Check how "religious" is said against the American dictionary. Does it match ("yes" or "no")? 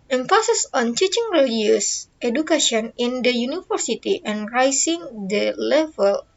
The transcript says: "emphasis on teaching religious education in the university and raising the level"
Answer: no